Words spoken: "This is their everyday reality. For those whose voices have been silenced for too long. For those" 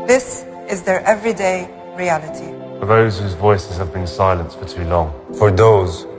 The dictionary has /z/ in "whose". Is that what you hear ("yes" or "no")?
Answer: yes